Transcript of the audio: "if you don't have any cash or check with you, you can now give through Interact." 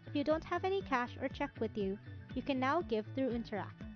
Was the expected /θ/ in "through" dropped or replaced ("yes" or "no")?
no